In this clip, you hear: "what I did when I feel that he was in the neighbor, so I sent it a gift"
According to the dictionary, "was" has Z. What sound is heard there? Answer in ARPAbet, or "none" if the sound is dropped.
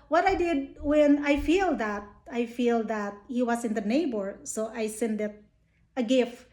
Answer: S